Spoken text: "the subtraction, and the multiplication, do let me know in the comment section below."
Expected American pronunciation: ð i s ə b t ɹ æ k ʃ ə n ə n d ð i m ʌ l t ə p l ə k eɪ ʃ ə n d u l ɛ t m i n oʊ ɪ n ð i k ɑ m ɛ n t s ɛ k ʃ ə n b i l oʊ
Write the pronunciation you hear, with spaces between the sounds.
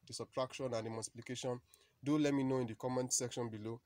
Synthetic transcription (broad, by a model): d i s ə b t ɹ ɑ k ʃ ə n ə n d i m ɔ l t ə p l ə k eɪ ʃ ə n d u l ɛ t m i n oʊ ɪ n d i k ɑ m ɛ n s ɛ k ʃ ə n b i l oʊ